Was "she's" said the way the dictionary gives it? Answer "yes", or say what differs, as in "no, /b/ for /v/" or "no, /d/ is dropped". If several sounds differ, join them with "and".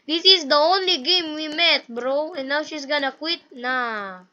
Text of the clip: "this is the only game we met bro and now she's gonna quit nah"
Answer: no, /s/ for /z/